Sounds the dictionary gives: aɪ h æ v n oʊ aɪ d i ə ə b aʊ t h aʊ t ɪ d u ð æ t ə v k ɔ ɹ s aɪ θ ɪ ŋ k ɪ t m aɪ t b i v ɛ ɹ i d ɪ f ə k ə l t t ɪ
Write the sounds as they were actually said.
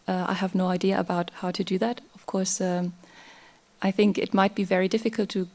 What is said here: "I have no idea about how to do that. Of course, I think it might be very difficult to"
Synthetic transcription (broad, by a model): aɪ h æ v n oʊ aɪ d i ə ə b aʊ t h aʊ t ɪ d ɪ ð æ t ə v k ɔ ɹ s aɪ θ ɪ ŋ k ɪ t m aɪ t b i v ɛ ɹ i d ɪ f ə k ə l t t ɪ